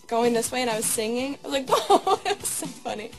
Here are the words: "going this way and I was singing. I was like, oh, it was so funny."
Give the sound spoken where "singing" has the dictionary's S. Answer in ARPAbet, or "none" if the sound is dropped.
S